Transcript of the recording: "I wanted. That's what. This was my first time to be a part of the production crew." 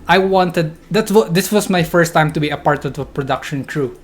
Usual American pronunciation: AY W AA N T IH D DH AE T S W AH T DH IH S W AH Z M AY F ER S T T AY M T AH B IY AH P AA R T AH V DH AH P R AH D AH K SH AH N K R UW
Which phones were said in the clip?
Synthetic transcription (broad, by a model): AY W AA N T IH D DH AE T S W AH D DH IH S W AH S M AY F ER S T T AY M T AH B IY AH P AA R T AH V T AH P R AH D AH K SH AH N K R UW